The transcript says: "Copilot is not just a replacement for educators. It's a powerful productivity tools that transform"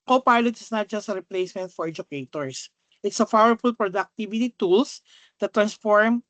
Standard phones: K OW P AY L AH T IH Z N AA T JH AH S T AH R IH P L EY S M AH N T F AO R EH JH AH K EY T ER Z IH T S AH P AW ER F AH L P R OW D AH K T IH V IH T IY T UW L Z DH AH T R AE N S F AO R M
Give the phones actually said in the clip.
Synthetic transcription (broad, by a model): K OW P AY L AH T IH S N AA T JH AH S T AH R IH P L EY S M AH N T F AO R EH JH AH K EY T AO S IH T S AH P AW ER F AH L P R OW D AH K T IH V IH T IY T UW L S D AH T R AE N S F AO R M